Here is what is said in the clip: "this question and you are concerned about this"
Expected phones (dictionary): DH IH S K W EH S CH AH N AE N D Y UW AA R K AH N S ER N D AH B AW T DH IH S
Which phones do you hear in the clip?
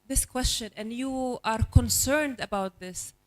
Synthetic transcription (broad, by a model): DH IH S K W EH S CH AH N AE N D Y UW AA R K AH N S ER N D AH B AW T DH IH S